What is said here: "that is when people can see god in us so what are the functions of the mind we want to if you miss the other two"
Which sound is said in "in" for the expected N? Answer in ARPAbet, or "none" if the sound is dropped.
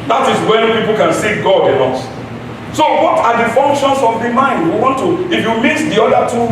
L